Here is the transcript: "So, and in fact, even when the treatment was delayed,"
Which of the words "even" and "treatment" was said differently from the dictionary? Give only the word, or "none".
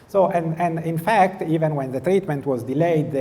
none